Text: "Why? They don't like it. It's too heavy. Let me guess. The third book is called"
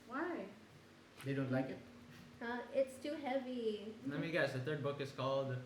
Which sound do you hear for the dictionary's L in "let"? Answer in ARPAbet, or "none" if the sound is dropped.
N